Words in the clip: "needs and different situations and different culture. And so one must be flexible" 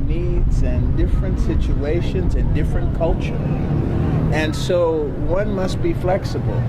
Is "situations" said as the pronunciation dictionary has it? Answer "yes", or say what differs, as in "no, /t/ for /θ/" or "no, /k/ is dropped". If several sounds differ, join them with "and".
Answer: yes